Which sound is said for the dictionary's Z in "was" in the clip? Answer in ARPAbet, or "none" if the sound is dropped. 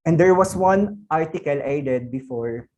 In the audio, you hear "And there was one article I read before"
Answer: S